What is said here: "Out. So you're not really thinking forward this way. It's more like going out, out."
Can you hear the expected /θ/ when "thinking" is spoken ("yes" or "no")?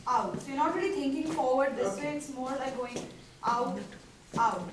no